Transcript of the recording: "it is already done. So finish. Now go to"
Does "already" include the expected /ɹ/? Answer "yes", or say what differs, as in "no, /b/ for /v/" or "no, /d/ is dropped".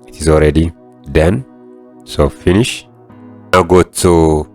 yes